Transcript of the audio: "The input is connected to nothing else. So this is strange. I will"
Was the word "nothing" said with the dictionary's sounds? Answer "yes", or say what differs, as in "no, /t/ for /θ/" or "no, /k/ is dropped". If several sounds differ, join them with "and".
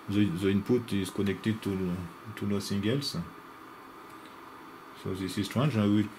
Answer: no, /l/ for /n/ and /s/ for /θ/